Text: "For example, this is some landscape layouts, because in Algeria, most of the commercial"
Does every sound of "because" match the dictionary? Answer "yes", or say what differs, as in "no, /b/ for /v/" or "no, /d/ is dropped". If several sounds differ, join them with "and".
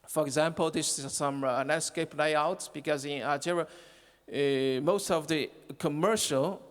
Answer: yes